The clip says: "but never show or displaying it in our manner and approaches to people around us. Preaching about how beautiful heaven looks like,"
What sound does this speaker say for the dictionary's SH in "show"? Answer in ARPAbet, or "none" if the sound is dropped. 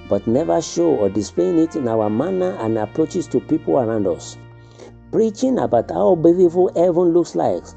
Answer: SH